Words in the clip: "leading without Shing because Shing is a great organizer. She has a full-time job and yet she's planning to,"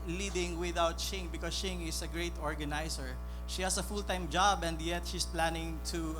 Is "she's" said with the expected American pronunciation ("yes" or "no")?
no